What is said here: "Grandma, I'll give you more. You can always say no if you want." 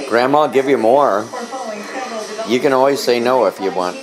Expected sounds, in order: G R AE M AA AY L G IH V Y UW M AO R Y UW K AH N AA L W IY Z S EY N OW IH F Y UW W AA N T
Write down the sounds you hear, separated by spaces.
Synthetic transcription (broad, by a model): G R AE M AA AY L G IH V Y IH M AO R Y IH K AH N AA L W IY Z S EY N OW IH F Y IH W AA N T